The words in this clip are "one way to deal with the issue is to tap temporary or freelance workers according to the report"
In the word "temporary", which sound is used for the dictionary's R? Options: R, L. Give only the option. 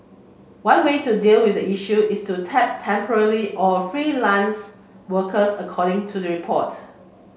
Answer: L